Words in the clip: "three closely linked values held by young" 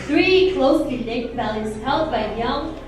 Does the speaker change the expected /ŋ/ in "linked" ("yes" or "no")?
yes